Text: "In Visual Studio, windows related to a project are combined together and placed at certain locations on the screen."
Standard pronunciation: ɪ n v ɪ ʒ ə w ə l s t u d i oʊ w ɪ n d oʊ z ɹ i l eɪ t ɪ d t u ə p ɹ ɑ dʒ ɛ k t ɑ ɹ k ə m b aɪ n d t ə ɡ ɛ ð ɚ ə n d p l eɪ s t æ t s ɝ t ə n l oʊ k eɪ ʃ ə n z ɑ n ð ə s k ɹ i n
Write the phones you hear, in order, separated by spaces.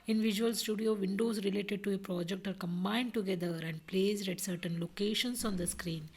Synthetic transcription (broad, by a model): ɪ n v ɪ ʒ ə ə l s t u d i oʊ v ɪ n d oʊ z ɹ i l eɪ t ɪ d t u ə p ɹ ɑ dʒ ɛ k t ɑ ɹ k ə m b aɪ n d t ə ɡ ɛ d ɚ ə n d p l eɪ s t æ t s ɝ t ə n l oʊ k eɪ ʃ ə n s ɑ n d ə s k ɹ i n